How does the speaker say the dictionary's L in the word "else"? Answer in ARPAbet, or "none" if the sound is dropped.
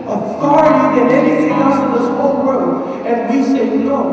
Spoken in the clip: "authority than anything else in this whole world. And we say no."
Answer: none